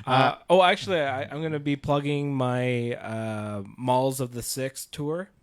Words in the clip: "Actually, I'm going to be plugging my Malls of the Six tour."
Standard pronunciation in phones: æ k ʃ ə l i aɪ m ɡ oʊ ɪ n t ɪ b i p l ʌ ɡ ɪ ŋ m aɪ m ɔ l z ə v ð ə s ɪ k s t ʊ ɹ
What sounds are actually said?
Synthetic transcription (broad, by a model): æ k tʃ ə l i aɪ m ɡ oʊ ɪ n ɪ b i p l ʌ ɡ ɪ ŋ m aɪ m ɔ l z ə v ð ə s ɪ k s t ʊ ɹ